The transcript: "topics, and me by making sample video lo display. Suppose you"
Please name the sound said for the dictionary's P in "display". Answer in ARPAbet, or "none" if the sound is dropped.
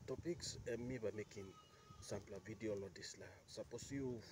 none